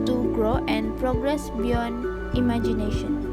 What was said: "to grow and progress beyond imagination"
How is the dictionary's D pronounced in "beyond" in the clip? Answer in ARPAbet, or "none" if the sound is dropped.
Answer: none